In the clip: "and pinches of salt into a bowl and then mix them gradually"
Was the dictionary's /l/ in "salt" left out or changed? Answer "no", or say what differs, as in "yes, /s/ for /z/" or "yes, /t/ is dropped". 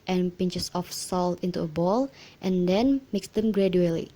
no